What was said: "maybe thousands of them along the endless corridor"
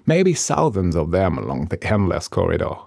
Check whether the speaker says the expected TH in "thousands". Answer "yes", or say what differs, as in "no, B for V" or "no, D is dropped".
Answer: no, S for TH